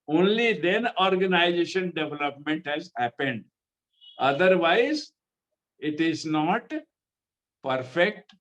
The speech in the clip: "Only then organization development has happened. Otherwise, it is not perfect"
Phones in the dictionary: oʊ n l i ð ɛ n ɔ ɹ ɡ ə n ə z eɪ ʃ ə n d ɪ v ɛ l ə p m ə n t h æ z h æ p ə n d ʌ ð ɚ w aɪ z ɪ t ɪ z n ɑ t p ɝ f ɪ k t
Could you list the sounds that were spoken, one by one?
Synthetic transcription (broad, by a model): oʊ n l i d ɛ n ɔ ɹ ɡ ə n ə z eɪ ʃ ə n d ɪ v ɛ l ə p m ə n t h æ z h æ p ə n d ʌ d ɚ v aɪ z ɪ t ɪ z n ɑ t p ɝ f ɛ k t